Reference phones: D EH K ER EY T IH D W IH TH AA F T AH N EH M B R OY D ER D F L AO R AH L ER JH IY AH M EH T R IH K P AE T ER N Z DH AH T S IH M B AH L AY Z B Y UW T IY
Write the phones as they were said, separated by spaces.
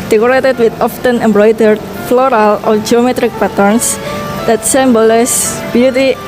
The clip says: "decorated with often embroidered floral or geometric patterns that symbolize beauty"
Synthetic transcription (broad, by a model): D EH K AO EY T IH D W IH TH AA F T AH N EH M B R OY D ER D F L AO R AH L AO JH IY AH M EH T R IH K P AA T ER N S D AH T S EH M B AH L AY S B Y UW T IY